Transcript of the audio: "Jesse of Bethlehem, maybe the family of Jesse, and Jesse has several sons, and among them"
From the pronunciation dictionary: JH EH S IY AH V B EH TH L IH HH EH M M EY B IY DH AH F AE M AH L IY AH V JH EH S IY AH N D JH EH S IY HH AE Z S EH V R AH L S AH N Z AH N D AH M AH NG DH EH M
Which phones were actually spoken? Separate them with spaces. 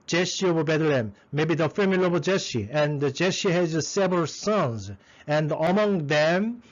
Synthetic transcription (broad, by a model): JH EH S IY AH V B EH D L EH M M EY B IY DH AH F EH M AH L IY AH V JH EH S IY AH N D JH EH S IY HH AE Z S EH V R AH L S AH N Z AH N D AH M AH NG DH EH M